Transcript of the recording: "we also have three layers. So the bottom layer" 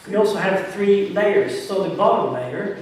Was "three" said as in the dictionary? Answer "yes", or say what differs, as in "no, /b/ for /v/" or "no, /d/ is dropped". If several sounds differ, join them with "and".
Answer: yes